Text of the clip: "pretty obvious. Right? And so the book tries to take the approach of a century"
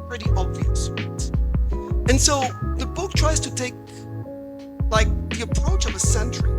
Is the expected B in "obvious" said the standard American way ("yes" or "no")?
yes